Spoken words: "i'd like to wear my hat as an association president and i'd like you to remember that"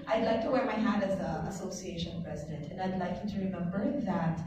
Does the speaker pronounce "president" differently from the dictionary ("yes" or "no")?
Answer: no